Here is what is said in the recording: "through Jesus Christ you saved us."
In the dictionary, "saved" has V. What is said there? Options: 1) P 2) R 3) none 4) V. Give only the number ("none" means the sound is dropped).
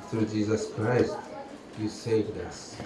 4